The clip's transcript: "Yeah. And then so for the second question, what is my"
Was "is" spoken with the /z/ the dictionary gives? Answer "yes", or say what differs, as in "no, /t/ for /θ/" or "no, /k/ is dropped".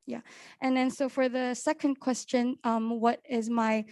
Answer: yes